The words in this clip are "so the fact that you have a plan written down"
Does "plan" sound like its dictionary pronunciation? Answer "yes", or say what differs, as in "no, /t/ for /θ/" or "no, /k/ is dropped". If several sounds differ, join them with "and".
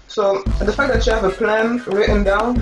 yes